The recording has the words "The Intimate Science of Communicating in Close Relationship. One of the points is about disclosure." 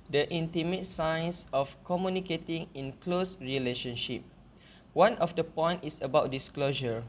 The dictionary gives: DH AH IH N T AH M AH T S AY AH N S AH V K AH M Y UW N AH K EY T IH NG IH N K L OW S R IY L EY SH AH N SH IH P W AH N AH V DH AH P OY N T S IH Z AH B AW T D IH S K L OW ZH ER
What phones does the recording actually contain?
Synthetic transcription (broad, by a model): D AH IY N T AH M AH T S AY N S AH F K AH M Y UW N AH K EY T IH NG IH N K L OW S R IY L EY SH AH N SH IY P W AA N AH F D AH P OY N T IH S AH B AW T D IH S K L OW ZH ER